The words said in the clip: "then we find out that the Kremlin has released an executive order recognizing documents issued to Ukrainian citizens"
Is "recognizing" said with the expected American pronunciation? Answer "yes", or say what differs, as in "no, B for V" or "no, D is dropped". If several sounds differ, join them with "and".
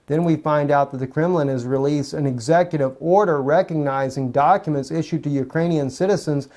yes